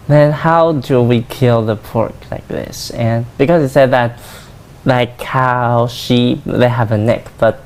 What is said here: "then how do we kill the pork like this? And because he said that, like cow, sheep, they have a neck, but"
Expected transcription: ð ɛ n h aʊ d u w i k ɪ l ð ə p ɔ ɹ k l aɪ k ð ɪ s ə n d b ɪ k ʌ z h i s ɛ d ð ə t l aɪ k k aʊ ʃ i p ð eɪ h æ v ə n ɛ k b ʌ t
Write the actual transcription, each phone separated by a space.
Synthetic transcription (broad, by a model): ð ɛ n h aʊ d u w i k ɪ l ð ə p ɔ ɹ k l aɪ k ð ɪ s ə n b ɪ k ʌ z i s ɛ d ð ə t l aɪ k k aʊ ʃ i p ð eɪ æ v ə n ɛ k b ʌ t